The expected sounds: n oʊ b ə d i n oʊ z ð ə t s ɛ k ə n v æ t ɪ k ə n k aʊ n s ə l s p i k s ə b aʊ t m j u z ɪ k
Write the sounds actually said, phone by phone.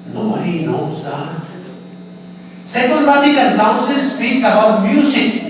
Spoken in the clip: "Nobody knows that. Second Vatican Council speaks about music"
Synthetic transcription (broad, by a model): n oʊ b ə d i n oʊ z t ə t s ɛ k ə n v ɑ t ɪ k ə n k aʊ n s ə n s p i k s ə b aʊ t m j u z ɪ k